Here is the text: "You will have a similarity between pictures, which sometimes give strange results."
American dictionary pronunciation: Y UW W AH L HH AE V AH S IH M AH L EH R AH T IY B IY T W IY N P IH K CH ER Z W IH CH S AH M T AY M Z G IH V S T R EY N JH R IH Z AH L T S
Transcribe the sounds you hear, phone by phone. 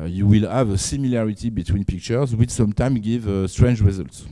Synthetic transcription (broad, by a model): Y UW W AH L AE V AH S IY M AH L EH R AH T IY B IY T W IY N P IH K CH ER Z W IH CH S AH M T AY M G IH V S T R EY N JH R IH Z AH L T S